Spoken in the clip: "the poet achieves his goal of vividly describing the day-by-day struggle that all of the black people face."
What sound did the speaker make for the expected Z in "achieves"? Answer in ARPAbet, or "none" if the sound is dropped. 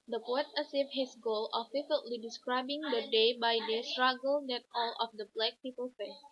none